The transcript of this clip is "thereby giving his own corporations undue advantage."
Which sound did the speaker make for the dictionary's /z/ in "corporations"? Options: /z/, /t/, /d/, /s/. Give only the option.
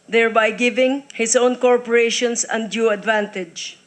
/s/